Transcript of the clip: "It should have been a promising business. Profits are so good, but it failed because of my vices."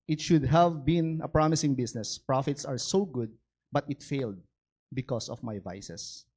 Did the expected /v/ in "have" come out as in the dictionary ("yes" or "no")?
yes